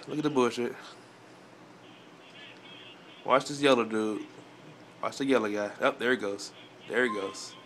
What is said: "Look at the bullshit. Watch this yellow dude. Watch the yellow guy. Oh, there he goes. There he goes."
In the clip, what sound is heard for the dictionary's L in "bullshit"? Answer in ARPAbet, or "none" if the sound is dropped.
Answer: none